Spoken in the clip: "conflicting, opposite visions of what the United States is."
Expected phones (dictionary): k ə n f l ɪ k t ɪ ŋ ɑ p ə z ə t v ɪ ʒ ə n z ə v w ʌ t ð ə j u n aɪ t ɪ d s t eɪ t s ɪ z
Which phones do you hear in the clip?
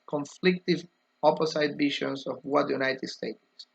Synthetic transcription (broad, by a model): k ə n f l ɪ k t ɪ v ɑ p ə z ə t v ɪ ʃ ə n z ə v w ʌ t j u n aɪ t ɪ d s t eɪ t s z